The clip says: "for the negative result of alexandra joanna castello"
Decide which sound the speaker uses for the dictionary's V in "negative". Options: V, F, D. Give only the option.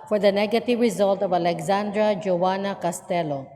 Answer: V